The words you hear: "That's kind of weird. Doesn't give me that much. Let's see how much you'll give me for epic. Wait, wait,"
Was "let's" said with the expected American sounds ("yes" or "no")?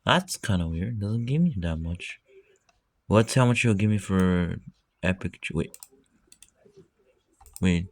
no